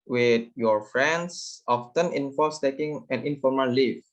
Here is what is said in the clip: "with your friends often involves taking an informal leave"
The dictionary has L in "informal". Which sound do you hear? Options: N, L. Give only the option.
L